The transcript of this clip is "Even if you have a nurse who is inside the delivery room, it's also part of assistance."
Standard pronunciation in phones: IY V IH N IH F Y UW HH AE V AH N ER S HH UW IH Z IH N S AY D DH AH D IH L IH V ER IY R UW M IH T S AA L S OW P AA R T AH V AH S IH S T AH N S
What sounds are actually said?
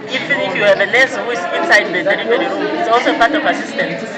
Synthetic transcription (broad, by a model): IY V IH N IH F Y UW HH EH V AH L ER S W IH S IH N S AY D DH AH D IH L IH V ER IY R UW IH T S AA L S OW P AA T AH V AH S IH S T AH N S